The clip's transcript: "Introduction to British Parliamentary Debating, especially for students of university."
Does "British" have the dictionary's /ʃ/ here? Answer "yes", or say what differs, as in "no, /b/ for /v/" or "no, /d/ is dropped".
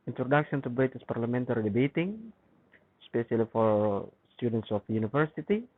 no, /s/ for /ʃ/